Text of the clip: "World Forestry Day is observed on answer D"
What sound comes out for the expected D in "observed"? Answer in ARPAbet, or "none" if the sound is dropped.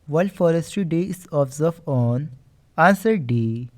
none